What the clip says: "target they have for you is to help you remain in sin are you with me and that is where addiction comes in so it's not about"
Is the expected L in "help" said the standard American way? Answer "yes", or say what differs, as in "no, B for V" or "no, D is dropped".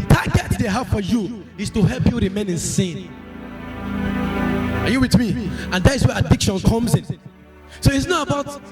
yes